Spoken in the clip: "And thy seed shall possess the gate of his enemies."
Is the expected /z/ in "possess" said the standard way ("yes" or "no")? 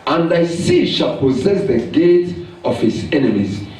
yes